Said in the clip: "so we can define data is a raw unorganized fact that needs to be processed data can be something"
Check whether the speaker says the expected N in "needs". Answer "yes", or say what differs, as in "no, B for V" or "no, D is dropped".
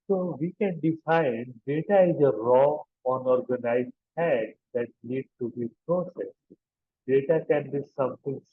no, L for N